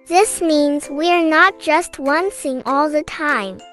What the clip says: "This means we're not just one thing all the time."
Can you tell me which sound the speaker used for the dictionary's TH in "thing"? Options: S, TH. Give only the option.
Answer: S